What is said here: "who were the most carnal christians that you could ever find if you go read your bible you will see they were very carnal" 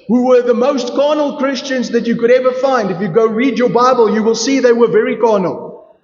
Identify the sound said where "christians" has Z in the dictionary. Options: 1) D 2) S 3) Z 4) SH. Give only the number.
3